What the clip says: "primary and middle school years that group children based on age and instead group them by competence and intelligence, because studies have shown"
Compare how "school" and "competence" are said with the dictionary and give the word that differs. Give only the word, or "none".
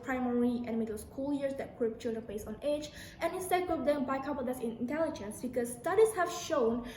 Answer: competence